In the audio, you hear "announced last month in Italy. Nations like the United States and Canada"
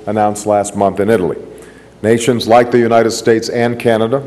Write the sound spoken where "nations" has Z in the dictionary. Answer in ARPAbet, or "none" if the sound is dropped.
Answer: Z